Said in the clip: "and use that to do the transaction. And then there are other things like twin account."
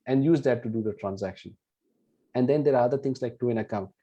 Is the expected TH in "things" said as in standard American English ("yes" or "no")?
no